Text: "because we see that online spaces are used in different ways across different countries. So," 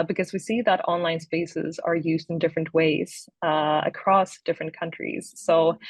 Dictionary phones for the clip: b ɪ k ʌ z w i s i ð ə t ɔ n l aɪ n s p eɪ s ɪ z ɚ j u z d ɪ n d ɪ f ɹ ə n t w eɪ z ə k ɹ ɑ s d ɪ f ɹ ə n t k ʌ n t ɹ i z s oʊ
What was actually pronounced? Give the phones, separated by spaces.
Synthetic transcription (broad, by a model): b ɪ k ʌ z w i s i ð ə t ɔ n l aɪ n s p eɪ s ɪ z ɚ j u z d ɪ n d ɪ f ɹ ə n t w eɪ z ə k ɹ ɑ s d ɪ f ɹ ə n k ʌ n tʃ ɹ i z s oʊ